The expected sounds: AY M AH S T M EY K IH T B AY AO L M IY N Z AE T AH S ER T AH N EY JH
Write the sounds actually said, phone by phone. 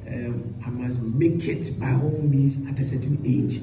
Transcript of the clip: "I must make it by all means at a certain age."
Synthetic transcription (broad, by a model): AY M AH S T M EY K IH T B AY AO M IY Z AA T AH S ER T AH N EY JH